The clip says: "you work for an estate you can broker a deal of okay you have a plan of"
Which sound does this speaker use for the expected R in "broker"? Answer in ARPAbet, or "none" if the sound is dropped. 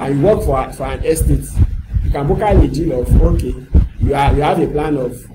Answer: none